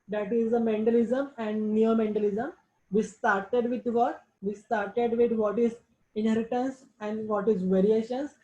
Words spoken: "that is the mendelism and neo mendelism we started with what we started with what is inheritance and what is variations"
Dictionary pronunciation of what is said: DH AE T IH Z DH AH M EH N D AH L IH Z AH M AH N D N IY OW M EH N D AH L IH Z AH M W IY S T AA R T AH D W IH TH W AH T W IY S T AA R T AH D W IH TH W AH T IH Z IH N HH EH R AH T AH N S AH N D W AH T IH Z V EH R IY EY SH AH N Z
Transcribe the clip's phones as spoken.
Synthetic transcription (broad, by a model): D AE T IH Z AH M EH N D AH L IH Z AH M AH N D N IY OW M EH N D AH L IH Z AH M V IY S T AA R T AH D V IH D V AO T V IY S T AA R T AH D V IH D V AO T IH Z IH N HH EH R AH T AH N S AH N D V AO T IH Z V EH R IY EY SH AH N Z